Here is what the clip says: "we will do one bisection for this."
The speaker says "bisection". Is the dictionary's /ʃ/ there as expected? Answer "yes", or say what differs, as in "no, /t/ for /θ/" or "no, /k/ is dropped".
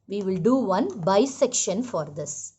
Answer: yes